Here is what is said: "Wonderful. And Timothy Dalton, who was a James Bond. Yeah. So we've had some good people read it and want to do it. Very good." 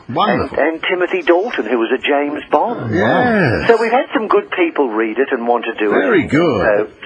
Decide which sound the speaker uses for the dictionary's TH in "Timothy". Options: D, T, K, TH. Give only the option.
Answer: TH